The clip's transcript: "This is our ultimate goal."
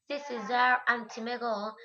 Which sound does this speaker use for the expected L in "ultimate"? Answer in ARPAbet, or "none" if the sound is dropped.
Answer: N